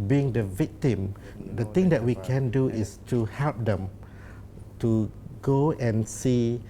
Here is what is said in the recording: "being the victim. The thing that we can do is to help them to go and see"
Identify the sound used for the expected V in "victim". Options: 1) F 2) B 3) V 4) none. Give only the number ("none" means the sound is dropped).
3